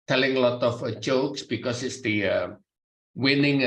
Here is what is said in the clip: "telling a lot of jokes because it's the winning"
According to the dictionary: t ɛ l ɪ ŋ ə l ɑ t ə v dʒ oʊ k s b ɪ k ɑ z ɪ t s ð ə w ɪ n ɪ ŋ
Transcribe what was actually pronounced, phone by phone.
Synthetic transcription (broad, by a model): t ɛ l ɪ ŋ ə l ɑ t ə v dʒ oʊ k s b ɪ k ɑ s ɪ t s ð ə w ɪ n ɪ ŋ